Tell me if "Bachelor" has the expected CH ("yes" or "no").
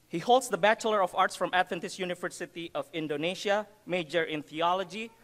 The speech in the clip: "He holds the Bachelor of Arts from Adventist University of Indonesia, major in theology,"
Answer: yes